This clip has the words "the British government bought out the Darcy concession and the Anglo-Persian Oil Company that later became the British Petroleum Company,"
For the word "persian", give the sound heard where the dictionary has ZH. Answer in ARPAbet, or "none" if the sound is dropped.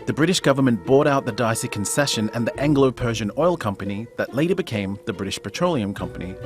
ZH